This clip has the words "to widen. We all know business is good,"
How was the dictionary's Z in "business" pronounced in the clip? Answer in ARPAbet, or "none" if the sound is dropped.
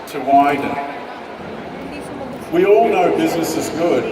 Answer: Z